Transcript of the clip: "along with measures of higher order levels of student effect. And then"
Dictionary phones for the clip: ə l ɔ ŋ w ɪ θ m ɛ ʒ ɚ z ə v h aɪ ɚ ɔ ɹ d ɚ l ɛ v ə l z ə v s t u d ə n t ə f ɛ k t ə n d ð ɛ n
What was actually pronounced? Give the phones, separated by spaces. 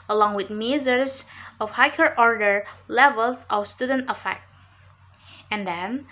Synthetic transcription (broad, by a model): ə l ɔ ŋ w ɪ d m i z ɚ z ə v h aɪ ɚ ɔ ɹ d ɚ l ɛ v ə l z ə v s t u d ə n t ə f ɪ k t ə n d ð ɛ n